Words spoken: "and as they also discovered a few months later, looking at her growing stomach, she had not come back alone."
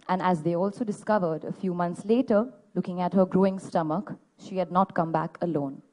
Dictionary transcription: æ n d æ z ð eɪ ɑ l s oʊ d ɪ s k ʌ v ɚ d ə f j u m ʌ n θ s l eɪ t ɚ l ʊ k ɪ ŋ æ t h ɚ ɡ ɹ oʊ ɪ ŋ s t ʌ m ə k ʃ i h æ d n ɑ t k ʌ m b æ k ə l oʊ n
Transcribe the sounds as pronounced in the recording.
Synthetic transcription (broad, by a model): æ n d æ z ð eɪ ɑ l s oʊ d ɪ s k ʌ v ɚ d ə f j u m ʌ n t s l eɪ t ɚ l ʊ k ɪ ŋ æ t h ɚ ɡ ɹ oʊ ɪ ŋ s t ʌ m ə k ʃ i h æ d n ɑ t k ʌ m b æ k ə l oʊ n